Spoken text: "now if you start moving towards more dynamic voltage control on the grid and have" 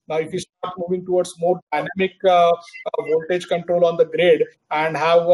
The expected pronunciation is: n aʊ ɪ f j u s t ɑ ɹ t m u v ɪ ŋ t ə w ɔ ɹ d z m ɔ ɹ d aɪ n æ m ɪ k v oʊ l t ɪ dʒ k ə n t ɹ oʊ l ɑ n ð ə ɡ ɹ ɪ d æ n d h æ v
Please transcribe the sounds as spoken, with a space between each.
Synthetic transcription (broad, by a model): n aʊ ɪ f j u s t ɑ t m u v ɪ ŋ t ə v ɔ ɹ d s m ɔ ɹ d aɪ n æ m ɪ k v oʊ l t ɪ dʒ k ə n t ɹ oʊ l ɑ n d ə ɡ ɹ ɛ d æ n d h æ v